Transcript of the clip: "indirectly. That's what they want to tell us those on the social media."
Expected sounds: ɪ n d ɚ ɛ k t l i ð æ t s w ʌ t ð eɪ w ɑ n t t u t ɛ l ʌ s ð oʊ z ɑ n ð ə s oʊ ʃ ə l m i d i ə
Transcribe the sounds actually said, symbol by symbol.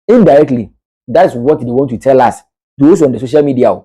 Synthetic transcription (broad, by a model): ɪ n d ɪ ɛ k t l i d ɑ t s w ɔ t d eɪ w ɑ n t t u t ɛ l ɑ s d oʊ s ɑ n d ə s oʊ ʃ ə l m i d i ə